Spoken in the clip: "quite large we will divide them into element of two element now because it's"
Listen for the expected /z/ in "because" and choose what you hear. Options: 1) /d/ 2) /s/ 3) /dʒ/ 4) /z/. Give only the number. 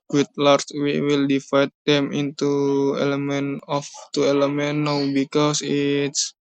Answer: 2